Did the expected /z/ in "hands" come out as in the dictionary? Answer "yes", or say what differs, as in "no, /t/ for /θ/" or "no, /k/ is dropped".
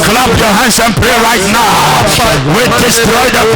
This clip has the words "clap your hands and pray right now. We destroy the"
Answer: no, /s/ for /z/